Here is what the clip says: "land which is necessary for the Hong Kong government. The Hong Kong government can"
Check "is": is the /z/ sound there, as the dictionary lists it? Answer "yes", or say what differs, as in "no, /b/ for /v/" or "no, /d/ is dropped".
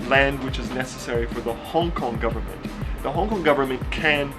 yes